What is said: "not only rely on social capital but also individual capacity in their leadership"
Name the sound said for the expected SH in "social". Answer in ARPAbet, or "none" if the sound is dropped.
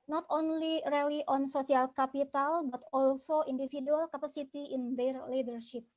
S